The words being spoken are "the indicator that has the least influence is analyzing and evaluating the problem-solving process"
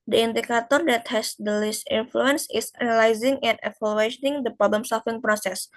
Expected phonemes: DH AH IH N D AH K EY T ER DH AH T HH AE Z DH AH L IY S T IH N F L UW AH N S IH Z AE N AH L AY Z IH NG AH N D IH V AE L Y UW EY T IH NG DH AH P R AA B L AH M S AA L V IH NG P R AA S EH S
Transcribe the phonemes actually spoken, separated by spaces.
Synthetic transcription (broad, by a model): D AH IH N D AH K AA T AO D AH T HH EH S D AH L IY S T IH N F L UW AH N S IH S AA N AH L AY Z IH NG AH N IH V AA L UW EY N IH NG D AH P R AA B L AH M S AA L F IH NG P R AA S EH S